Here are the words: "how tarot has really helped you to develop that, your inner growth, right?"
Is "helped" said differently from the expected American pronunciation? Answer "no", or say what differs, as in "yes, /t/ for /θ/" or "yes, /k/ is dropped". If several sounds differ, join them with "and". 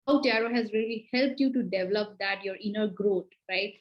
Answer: no